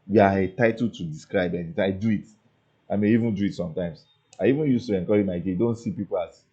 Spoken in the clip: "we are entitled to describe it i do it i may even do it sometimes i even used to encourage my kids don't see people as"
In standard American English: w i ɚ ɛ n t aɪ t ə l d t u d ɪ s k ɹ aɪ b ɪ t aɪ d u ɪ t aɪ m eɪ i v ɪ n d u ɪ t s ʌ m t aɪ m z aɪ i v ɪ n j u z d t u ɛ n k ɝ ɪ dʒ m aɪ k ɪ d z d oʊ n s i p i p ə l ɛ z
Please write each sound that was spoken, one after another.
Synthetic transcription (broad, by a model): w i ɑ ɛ t aɪ t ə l t u d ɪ s k ɹ aɪ b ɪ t aɪ d u ɪ t aɪ m eɪ i v ɪ n d u ɪ t s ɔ m t aɪ m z aɪ i v ɪ n j u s t u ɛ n k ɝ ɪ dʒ m aɪ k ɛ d d oʊ n s i p i p ə l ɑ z